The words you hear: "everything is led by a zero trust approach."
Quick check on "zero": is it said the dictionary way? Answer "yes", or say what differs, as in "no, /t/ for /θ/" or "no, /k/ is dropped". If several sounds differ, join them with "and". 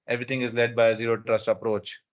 yes